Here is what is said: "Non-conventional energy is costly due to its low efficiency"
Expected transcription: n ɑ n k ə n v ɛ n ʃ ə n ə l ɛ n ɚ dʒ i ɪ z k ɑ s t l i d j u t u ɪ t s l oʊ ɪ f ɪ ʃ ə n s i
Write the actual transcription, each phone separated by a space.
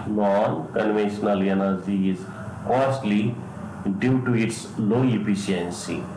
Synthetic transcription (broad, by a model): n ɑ n k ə n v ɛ n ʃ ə n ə l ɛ n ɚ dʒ i ɪ z k ɑ s t l i d j u t u ɪ t s l oʊ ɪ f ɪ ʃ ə n s i